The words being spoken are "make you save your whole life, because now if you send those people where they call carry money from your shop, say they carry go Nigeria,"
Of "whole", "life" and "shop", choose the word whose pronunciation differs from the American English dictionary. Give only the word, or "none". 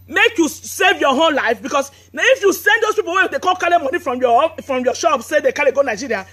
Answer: whole